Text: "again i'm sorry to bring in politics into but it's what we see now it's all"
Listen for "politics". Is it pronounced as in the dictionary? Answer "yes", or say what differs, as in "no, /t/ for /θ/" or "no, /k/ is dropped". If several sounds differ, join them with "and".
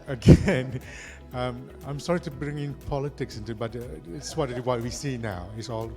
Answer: yes